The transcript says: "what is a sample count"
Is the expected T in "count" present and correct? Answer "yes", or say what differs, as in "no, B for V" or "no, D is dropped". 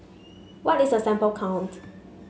yes